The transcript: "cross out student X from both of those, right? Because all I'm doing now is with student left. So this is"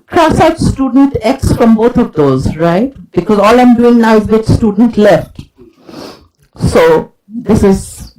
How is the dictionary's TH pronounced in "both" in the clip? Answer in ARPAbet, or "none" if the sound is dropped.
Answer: T